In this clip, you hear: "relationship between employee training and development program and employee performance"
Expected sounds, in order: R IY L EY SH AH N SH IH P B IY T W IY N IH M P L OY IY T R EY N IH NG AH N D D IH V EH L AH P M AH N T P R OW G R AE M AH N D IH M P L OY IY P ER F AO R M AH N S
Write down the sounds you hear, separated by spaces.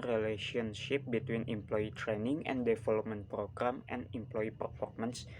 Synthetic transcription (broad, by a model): R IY L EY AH N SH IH P B IY T W IY N IH M P L OY IY T R EY N IH NG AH N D D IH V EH L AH P M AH N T P R OW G R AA M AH N IH M P L OY IY P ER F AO R M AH N S